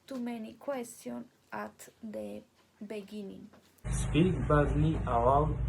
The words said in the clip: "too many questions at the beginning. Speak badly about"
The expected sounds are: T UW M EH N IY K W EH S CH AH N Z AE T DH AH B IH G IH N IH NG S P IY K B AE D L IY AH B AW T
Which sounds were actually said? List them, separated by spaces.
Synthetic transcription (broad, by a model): T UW M EH N IY K W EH S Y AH N AA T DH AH B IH G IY N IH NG S P IY K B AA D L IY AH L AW